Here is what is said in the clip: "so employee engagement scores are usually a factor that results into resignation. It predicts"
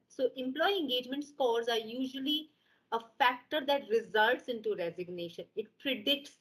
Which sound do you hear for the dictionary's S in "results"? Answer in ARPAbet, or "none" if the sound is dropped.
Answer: S